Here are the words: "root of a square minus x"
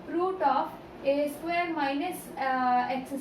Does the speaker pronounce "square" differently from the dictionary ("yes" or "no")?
yes